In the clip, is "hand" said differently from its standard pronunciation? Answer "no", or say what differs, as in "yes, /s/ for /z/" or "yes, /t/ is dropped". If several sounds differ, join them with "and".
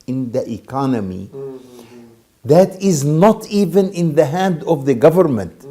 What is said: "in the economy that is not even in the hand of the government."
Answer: no